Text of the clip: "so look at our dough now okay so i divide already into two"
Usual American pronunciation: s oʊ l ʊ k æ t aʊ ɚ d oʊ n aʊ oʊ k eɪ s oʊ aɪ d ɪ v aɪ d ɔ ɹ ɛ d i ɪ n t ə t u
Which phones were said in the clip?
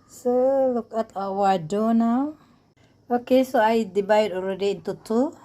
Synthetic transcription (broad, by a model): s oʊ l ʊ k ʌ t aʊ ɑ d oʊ n aʊ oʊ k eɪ s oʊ aɪ d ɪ b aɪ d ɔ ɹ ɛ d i ɪ n t ə t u